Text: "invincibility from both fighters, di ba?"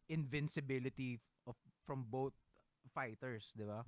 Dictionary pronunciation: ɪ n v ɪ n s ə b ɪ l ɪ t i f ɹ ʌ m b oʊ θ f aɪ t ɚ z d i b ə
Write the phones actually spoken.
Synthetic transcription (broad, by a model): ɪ n v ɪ n s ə b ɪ l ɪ t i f ɹ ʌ m b oʊ t f aɪ t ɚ s d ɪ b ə